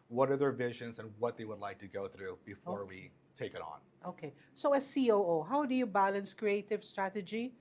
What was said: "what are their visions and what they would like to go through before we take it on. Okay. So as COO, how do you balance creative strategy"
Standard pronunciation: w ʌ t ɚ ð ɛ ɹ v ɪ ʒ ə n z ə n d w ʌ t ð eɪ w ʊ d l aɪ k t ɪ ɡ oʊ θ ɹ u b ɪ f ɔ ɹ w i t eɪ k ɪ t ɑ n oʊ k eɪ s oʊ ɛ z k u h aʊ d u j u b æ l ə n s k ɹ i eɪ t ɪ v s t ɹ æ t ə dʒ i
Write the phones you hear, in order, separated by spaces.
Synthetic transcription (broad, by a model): w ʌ t ɚ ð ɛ ɹ v ɪ ʒ ə n z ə n w ʌ t ð eɪ w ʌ d l aɪ k t ɪ ɡ oʊ θ ɹ u b ɪ f ɔ ɹ w i t eɪ k ɪ t n oʊ k eɪ s oʊ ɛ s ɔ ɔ h aʊ d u j u b æ l ə n s k ɹ i eɪ t ɪ v s t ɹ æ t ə dʒ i